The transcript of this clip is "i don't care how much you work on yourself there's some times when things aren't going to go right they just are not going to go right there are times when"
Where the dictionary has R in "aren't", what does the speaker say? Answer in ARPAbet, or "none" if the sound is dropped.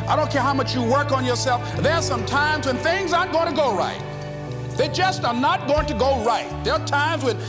none